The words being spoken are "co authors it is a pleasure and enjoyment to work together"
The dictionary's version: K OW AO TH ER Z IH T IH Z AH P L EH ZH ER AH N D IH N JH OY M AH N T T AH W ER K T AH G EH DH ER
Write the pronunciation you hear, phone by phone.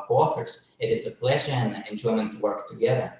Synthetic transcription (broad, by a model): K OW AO F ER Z IH T IH Z AH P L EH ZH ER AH N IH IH N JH OY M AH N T T AH W ER K T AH G EH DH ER